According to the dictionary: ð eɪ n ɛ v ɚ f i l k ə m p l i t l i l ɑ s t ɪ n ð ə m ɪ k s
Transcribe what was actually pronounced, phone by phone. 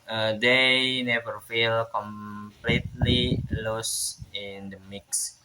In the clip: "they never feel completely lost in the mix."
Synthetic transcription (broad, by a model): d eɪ n ɛ v ɚ f i l k ə m p l i t l i l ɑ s ɪ n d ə m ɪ k s